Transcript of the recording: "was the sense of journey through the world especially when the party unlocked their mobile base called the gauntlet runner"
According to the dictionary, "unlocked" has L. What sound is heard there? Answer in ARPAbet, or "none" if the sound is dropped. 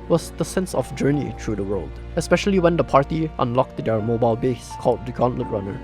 L